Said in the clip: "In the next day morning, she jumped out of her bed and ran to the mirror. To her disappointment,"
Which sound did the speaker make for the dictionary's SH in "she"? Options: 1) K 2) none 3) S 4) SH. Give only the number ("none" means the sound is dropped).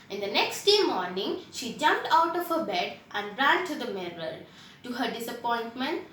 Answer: 4